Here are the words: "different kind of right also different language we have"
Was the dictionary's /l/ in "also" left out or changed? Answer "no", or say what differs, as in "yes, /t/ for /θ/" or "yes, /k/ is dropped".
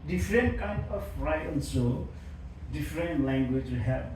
yes, /n/ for /l/